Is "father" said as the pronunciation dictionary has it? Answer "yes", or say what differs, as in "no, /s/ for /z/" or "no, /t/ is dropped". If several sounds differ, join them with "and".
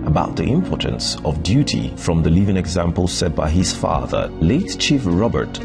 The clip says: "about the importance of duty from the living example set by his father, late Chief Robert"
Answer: yes